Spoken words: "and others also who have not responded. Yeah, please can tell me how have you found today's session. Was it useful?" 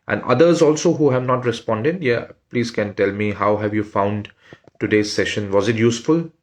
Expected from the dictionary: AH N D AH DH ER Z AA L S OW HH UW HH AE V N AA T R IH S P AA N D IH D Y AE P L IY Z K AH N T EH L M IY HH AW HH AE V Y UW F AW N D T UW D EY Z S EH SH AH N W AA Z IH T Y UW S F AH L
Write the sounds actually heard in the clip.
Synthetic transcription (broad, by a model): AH N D AH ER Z AA L S OW HH UW HH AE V N AA T R IH S P AA N D IH D Y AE P L IY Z K AH N T EH L M IY HH AW HH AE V Y UW F AW N D T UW D EY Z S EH SH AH N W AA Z IH T Y UW S F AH L